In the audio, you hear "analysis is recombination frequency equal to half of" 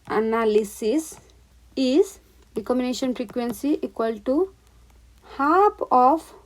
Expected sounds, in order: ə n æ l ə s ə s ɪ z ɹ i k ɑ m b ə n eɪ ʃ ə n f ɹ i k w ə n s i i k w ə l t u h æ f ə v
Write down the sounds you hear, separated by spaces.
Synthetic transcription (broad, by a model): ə n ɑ l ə s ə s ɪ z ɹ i k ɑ m ə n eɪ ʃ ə n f ɹ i k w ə n s i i k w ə l t u h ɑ p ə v